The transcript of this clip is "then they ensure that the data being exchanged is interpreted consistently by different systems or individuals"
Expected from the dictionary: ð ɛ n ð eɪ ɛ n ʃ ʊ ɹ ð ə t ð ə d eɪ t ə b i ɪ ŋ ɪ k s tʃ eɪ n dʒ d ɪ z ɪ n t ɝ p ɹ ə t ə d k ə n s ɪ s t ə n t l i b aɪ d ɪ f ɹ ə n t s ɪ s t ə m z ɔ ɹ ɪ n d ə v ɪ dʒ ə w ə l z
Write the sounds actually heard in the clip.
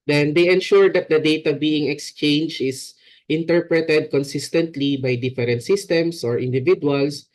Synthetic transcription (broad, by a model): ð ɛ n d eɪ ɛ n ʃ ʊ ɹ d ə t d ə d eɪ t ə b i ɪ ŋ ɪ k s tʃ eɪ n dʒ ɪ s ɪ n t ɝ p ɹ ə t ə d k ə n s ɪ s t ə n t l i b aɪ d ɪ f ɹ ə n t s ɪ s t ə m s ɔ ɹ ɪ n d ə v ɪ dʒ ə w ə l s